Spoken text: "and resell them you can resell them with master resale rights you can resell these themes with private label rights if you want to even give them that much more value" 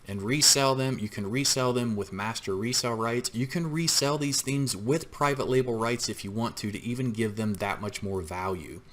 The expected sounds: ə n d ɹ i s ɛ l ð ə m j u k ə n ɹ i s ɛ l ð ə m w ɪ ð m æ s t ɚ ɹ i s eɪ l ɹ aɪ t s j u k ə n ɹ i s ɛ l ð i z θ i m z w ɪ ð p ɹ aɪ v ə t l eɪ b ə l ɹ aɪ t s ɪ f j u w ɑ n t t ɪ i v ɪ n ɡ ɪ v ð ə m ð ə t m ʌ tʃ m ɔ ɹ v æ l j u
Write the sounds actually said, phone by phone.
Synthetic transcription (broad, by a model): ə n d ɹ i s ɛ l ð ə m j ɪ k ə n ɹ i s ɛ l ð ə m w ɪ ð m æ s t ɚ ɹ i s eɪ l ɹ aɪ t s j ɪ k ə n ɹ i s ɛ l ð i z θ i m z w ɪ ð p ɹ aɪ v ə t l eɪ b l ɹ aɪ t s ɪ f j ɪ w ɑ n t t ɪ i v ɪ n ɡ ɪ v ð ə m ð ə t m ʌ tʃ m ɔ ɹ v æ l j u